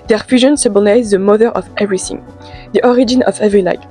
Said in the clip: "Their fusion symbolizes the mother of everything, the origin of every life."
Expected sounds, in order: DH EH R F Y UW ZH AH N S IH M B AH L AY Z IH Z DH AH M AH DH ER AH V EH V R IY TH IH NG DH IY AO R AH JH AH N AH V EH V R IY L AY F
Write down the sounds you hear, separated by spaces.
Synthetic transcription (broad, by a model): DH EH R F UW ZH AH N S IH B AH N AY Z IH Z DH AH M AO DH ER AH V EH V R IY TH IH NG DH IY AO R AH JH AH N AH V EH V R IY L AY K